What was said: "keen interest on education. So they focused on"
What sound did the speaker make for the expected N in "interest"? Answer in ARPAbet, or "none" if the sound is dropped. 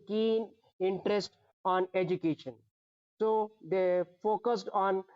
N